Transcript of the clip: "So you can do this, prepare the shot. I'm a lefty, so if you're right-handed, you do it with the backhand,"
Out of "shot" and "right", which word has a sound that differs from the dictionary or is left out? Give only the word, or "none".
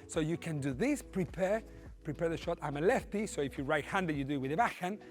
none